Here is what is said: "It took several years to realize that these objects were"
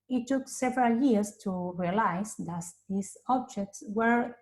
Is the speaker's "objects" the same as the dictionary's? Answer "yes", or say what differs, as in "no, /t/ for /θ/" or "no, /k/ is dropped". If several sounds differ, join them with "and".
yes